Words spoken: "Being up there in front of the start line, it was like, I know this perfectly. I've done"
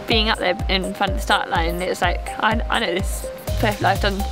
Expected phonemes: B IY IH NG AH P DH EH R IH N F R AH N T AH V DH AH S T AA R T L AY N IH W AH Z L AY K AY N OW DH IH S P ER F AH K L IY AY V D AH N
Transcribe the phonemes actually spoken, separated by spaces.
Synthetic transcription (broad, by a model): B IY IH NG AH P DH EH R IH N F R AH N T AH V DH AH S T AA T L AY N IH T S L AY K AY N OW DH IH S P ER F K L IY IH F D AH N